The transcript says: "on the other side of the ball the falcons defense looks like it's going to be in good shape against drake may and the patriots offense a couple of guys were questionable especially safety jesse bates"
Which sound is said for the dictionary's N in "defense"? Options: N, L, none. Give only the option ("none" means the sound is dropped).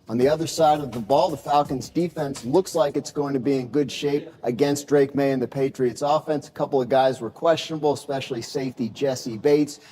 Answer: N